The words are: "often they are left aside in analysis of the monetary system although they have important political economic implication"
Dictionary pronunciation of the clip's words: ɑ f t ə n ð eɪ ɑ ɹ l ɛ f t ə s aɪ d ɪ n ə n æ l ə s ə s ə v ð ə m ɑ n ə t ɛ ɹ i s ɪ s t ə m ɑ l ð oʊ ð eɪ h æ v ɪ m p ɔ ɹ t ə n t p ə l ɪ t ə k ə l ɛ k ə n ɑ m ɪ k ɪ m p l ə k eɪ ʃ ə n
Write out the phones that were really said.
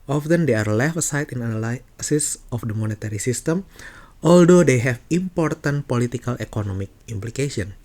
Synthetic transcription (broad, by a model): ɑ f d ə n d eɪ ɑ ɹ l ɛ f ə s aɪ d ɪ n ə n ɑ l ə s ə s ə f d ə m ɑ n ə t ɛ ɹ i s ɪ s t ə m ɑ l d oʊ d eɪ h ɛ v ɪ m p ɔ ɹ t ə n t p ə l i t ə k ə l ɛ k ə n ɑ m ɪ k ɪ m p l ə k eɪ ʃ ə n